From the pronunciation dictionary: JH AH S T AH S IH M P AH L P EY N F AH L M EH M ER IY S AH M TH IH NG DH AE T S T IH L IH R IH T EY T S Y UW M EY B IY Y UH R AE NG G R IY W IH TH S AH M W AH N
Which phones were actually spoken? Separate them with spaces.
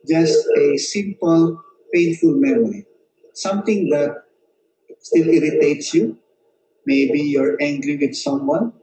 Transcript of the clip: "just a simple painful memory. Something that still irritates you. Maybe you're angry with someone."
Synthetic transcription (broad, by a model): JH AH S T AH S IH M P AH L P EY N F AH L M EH M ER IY S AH M T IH NG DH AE T S T IH L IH R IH T EY T S Y UW M EY B IY Y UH R AE NG G R IY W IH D S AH M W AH N